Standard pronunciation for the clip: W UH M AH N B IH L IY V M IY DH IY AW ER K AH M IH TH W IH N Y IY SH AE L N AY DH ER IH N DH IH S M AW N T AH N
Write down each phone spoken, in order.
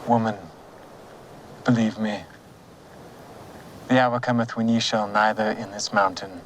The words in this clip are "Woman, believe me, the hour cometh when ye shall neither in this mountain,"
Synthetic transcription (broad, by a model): W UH M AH N B IH L IY V M IY DH IY AW ER K AH M IH TH W IH N Y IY SH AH L N AY DH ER IH N DH IH S M AW N T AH N